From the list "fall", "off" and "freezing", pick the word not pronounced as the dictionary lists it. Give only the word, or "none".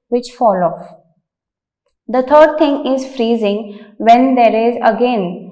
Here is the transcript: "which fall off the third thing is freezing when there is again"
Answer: none